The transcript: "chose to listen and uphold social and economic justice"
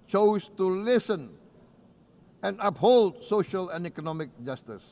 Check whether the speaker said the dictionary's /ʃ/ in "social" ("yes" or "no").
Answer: yes